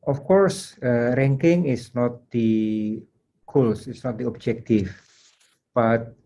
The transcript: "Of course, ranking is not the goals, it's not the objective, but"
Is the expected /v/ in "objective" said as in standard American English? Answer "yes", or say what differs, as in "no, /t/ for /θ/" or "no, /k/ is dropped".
no, /f/ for /v/